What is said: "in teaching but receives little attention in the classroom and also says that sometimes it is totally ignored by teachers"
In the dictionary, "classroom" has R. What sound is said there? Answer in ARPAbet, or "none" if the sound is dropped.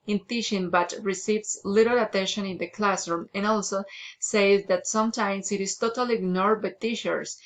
R